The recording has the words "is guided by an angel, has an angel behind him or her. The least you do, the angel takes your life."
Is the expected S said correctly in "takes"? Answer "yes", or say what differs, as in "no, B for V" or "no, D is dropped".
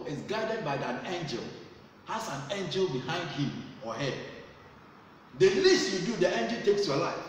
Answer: yes